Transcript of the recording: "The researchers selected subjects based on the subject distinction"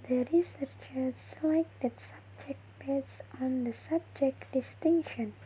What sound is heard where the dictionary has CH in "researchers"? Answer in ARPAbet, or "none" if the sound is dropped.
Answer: CH